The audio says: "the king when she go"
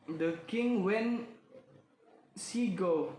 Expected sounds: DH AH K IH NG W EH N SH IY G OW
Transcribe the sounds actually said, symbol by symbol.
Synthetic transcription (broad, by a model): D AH K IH NG W EH N S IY G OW